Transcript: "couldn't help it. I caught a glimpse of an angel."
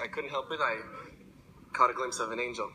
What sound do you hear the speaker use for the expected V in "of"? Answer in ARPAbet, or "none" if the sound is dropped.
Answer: V